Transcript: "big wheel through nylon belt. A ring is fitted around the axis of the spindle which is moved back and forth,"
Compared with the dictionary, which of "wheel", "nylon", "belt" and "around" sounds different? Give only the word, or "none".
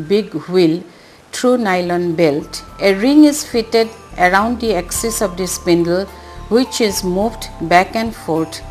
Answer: none